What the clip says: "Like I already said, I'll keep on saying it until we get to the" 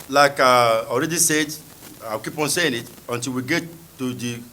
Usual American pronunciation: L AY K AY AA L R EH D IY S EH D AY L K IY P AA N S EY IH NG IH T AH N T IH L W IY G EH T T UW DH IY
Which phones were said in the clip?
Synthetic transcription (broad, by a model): L AY K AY AA L R EH D IY S EH D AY W K IY P AA N S EY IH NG IH T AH N T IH L W IY G EH T T UW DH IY